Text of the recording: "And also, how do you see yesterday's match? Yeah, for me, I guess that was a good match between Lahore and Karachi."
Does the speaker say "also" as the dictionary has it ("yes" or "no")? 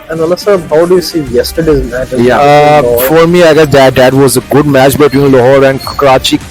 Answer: no